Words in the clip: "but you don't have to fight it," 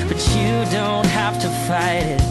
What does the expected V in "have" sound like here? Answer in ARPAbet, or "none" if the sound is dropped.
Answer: F